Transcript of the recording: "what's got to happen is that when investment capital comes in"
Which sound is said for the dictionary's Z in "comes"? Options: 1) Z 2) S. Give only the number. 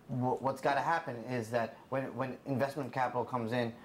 1